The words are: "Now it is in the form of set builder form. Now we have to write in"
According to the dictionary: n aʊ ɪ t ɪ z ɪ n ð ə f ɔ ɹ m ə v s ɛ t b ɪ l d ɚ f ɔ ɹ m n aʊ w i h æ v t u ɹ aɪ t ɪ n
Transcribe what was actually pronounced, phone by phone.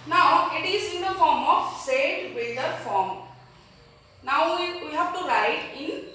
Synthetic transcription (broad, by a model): n aʊ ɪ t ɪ s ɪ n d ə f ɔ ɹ m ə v s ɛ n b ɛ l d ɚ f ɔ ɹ m n aʊ w i h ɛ b t u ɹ aɪ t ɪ n